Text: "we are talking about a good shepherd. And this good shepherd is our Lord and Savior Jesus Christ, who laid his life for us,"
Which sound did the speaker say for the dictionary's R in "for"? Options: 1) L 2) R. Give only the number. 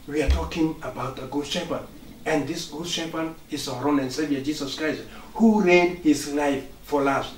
1